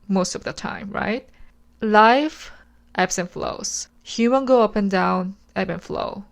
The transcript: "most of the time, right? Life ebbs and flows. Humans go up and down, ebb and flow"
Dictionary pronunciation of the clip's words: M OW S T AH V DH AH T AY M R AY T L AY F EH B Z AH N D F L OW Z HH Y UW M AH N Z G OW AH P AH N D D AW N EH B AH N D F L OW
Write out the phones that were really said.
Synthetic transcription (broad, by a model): M OW S T AH V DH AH T AY M R AY T L AY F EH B S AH N F L OW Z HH Y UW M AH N G OW AH P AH N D D AW N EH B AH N F L OW